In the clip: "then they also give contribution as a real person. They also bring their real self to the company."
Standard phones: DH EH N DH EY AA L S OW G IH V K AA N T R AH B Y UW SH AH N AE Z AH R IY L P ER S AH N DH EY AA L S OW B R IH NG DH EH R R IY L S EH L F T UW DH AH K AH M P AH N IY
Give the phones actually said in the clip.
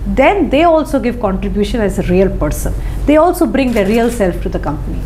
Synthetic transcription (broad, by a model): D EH N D EY AA L S OW G IH V K AA N T R AH B Y UW SH AH N AE Z AH R IY L P ER S AH N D EY AA L S OW B R IH NG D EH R R IY L S EH L F T UW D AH K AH M P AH N IY